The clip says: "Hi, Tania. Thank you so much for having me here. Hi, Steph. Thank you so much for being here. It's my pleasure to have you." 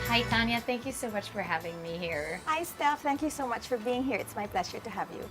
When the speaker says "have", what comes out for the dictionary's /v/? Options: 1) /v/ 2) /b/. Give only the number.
1